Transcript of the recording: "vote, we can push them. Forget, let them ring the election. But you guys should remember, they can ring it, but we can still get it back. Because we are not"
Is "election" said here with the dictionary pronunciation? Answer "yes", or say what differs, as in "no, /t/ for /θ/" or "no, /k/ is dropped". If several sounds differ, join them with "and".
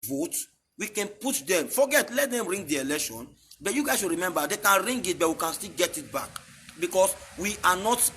yes